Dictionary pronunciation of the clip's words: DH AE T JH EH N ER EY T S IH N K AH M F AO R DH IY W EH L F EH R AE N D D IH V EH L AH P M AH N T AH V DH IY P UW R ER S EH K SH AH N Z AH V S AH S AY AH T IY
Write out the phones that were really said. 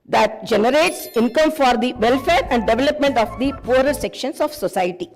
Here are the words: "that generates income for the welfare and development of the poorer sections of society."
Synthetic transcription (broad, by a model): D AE T JH EH N ER EY T S IH N K AH M F AO R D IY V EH L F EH R AE N D D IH V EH L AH P M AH N T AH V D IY P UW R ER S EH K SH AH N S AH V S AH S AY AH T IY